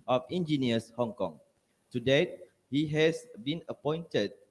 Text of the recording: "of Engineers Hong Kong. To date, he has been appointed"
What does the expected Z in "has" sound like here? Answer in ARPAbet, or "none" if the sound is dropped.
S